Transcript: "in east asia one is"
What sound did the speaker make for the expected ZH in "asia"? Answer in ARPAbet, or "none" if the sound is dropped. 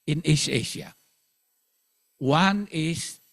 SH